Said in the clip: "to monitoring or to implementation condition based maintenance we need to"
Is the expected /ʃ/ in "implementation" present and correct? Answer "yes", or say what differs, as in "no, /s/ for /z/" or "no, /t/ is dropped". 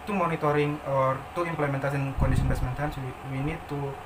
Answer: no, /s/ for /ʃ/